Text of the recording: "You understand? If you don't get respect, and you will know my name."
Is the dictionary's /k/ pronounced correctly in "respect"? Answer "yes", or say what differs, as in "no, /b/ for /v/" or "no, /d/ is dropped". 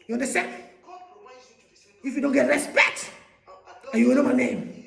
yes